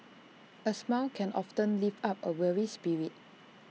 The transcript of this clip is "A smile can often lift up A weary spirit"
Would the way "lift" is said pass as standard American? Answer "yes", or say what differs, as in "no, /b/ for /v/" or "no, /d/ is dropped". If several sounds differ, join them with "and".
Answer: no, /t/ is dropped